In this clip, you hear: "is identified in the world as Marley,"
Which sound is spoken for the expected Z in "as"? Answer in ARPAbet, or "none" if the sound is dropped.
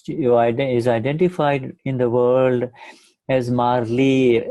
Z